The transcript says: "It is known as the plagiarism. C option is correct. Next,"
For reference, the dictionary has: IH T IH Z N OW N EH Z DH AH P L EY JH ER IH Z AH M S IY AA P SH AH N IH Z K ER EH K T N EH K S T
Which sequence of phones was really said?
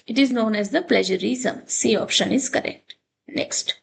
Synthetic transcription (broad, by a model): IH T IH Z N OW N EH Z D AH P L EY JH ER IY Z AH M S IY AA P SH AH N IH Z K ER EH K T N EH K S T